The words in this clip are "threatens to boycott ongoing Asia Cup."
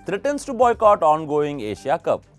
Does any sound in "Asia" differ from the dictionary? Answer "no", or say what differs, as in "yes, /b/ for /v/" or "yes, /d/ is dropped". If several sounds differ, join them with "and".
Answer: yes, /ʃ/ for /ʒ/